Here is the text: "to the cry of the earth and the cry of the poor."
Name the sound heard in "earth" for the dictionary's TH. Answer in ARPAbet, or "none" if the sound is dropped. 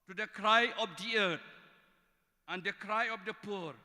T